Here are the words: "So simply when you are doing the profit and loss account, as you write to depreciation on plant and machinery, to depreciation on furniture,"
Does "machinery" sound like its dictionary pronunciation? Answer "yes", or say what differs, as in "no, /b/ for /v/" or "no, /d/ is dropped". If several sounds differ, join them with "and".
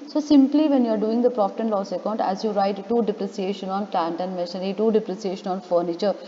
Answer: no, /n/ is dropped